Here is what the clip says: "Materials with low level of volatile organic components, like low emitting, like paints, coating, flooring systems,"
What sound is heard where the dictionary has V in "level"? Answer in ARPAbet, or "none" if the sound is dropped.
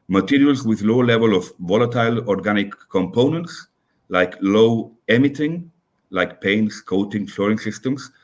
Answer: V